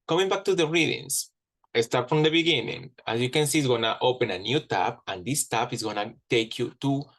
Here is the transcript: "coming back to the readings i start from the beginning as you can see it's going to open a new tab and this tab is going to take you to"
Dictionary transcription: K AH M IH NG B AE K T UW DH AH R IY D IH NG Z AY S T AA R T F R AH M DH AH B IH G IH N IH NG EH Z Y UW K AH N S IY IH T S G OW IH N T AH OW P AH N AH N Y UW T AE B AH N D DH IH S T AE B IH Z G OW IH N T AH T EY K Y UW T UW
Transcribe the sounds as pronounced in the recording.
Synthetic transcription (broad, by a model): K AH M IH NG B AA K T UW DH AH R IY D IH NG S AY S T AA R T F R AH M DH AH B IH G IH N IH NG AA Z Y UW K AH N S IY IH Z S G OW N T OW P AH N AH N Y UW T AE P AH N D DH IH S T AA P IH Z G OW N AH T EY K Y UW T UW